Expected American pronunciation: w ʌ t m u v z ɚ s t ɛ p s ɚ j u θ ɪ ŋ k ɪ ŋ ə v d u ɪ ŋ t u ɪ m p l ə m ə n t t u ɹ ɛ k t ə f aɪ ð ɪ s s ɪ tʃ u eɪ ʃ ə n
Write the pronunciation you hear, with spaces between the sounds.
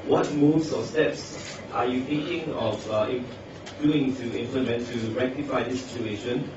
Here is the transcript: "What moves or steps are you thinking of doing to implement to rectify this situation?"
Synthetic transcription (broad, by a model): w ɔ t m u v s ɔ s t ɛ p s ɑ j u t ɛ k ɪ ŋ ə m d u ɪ ŋ t u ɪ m p l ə m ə n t t u ɹ ɛ k t ə f aɪ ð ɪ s s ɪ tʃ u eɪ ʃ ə n